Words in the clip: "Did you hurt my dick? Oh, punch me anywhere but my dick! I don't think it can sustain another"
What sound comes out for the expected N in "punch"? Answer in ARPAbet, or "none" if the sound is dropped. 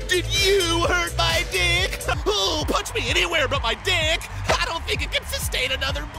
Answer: none